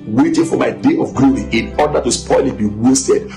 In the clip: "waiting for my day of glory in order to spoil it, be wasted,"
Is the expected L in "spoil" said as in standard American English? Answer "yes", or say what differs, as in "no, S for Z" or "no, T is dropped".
yes